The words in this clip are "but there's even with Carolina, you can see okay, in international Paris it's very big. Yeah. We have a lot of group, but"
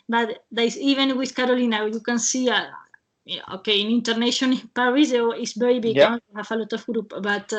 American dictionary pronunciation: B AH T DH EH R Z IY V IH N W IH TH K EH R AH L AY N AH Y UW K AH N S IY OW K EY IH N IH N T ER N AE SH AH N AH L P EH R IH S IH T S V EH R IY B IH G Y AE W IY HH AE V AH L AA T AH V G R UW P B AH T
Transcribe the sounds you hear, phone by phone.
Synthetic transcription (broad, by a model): B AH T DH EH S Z IY V IH N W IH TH K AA R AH L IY N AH Y UW K AH N S IY OW K EY IH N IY N T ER N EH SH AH N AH N P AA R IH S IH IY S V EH R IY B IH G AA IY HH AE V AH L AA T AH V G R UW P B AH T